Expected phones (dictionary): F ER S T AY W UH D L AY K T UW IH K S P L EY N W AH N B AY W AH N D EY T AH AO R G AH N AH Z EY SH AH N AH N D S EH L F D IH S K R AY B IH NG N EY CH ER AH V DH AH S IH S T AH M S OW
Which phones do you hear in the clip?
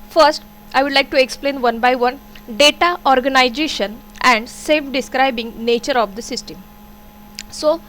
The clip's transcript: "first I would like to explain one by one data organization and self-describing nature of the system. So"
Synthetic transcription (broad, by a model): F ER S T AY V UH D L AY K T UW IH K S P L EY N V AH N B AY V AH N D EY T AH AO R G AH N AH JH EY SH AH N AH N D S EH F D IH S K R AY B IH NG N EY CH ER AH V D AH S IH S T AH M S OW